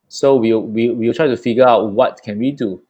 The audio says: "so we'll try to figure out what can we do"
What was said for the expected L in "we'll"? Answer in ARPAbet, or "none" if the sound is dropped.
W